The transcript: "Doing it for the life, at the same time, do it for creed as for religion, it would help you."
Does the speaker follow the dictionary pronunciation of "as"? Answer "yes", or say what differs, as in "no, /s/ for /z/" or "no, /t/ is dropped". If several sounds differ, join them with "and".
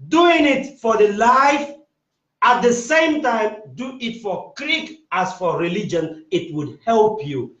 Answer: no, /s/ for /z/